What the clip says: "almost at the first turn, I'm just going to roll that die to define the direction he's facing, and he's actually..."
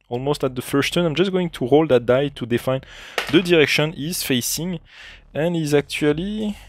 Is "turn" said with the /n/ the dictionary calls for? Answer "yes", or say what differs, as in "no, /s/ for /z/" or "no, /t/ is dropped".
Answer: no, /n/ is dropped